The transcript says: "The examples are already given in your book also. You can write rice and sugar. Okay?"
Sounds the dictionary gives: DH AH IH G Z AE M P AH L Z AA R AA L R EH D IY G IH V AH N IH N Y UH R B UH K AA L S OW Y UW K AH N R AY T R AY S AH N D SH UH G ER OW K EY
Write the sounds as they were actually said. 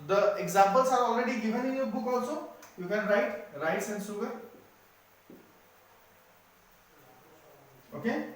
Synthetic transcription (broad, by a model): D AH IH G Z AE M P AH L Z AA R AA L R EH D IY G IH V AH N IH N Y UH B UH K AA S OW Y UW K AH N R AY T R AY S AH N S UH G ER OW K EY